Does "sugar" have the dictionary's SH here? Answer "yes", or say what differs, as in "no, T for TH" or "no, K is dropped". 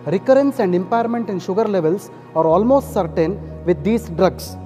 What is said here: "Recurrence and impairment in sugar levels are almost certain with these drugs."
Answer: yes